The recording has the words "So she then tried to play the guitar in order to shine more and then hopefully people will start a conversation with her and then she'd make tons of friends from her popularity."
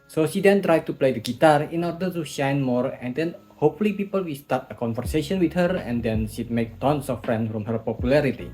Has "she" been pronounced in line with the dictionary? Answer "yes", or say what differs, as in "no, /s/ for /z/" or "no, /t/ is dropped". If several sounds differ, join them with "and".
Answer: yes